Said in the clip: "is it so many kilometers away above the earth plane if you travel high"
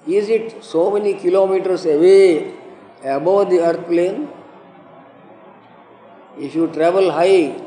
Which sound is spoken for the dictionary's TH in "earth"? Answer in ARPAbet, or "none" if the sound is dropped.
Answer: T